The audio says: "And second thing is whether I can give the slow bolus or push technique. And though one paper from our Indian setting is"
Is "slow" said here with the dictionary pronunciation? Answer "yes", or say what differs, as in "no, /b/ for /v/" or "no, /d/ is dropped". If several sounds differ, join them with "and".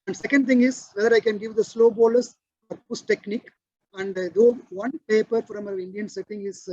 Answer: yes